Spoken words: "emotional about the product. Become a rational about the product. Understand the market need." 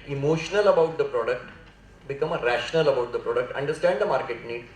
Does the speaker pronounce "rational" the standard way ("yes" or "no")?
yes